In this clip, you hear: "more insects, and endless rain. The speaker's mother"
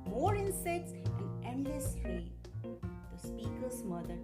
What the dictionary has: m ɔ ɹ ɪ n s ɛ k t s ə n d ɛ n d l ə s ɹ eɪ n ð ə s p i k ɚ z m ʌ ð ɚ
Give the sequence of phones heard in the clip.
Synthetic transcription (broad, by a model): m ɔ ɹ ɪ n s ɛ k t s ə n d ɛ n d l ə s l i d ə s p i k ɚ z m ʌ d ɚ